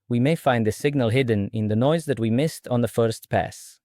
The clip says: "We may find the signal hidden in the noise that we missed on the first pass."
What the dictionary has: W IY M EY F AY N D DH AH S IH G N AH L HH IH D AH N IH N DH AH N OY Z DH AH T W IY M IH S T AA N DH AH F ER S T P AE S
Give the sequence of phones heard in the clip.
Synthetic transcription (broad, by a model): W IY M EY F AY N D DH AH S IH G N AH L HH IH D N IH N DH AH N OY Z DH AH T W IY M IH S T N DH AH F ER S T P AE S